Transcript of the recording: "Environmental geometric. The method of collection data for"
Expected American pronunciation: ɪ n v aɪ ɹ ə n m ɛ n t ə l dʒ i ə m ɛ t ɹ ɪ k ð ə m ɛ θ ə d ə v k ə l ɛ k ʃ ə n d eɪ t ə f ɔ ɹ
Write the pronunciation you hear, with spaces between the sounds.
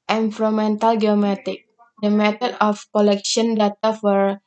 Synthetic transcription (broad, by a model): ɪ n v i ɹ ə m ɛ n t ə l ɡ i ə m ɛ t ɪ k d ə m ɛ t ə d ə f k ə l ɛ k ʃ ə n d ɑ t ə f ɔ ɹ